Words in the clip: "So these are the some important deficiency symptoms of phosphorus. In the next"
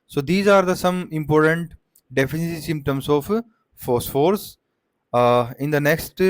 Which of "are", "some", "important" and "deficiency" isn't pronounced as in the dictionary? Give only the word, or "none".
deficiency